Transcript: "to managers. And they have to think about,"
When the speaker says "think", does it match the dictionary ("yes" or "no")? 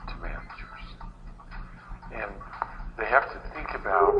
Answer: yes